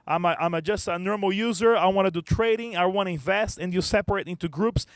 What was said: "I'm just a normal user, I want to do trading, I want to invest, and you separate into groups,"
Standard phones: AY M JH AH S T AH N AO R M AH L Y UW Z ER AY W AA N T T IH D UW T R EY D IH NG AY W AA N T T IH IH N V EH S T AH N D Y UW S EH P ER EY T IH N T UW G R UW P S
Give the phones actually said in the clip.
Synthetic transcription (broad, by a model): AY M JH AH S T AH N AO R M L Y UW Z ER AY W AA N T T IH D UW T R EY D IH NG AY W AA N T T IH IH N V EH S T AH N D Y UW S EH P ER EY T IH N T UW G R UW P S